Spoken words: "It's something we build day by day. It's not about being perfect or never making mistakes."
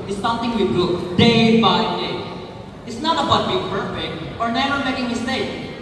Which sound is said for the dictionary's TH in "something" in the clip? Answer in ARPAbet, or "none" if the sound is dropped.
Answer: T